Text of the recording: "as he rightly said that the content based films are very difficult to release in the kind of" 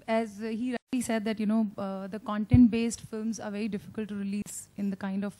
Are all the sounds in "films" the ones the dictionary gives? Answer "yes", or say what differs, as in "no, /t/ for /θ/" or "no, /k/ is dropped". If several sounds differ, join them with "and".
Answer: yes